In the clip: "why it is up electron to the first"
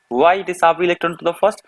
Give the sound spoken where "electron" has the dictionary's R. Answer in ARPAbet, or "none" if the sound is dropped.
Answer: none